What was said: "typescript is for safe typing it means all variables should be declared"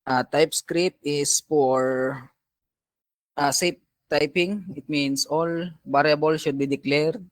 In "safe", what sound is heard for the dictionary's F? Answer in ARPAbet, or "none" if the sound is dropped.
P